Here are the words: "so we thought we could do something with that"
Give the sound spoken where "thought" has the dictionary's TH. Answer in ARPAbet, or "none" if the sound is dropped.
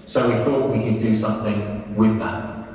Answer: TH